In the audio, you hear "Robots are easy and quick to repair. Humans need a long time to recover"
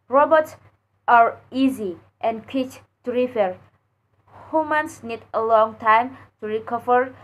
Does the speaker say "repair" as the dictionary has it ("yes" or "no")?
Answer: no